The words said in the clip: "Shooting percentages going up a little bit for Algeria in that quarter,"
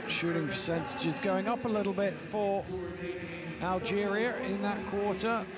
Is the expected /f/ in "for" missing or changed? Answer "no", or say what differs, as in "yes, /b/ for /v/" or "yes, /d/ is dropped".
no